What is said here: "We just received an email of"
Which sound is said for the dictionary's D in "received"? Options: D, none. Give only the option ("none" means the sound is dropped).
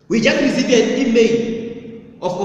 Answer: none